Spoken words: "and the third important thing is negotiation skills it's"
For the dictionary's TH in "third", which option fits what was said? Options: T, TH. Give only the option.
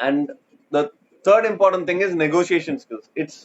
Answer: T